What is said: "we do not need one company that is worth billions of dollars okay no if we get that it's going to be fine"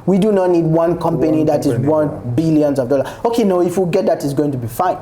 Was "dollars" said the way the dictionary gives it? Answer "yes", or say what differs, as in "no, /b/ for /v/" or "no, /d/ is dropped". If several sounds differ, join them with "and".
no, /z/ is dropped